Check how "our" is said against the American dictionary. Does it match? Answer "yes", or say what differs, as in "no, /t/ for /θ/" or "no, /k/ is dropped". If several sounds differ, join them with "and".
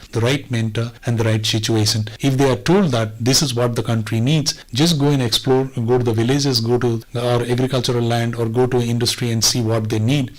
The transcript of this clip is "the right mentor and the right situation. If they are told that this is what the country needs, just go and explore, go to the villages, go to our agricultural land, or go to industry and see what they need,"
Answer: yes